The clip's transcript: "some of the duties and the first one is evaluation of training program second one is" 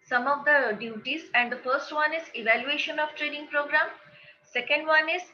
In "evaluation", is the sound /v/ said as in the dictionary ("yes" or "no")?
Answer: yes